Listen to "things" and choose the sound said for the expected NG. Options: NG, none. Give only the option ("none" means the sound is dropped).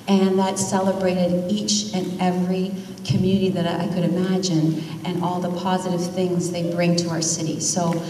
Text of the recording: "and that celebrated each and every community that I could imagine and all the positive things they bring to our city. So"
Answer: NG